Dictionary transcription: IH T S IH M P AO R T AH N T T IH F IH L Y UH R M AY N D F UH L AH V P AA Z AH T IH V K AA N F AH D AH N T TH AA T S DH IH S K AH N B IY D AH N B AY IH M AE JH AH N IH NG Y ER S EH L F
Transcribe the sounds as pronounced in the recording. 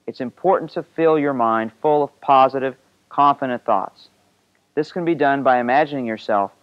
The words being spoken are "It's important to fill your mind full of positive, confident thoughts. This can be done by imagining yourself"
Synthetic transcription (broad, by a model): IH T S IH M P AO R T N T T IH F IH L Y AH R M AY N D F UH L AH V P AA Z AH T IH V K AA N F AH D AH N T TH AA T S DH IH S K AH N B IY D AH N B AY IH M AE JH AH N IH NG Y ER S EH L F